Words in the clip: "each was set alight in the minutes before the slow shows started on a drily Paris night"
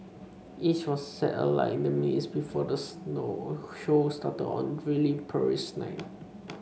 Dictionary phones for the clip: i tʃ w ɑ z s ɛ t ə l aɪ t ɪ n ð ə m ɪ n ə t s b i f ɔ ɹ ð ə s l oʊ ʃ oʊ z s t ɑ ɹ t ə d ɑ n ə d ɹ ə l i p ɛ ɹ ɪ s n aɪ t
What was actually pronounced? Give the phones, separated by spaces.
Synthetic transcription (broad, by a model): i tʃ w ɑ s ɛ t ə l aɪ ɪ n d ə m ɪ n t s b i f ɔ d ə s n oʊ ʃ oʊ s t ɑ t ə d ɑ n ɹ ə l i p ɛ ɹ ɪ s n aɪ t